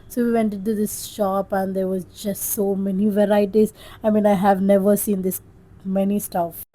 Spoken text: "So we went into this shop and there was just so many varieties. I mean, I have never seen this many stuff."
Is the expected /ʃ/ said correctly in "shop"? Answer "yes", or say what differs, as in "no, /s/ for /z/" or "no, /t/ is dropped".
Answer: yes